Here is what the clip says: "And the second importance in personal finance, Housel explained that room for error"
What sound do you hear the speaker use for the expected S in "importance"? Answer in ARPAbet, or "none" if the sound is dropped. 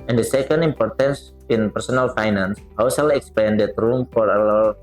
S